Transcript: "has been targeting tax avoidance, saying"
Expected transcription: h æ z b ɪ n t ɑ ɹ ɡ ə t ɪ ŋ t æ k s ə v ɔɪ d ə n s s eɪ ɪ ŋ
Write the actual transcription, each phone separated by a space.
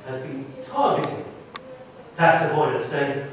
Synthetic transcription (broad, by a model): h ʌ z b ɪ n t ɑ ɹ ɡ ə t ɪ ŋ t æ k s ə p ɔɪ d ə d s s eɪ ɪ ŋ